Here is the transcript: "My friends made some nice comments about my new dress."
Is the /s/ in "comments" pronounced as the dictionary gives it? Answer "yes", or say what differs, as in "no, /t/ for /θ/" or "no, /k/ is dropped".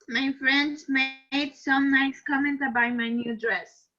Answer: no, /s/ is dropped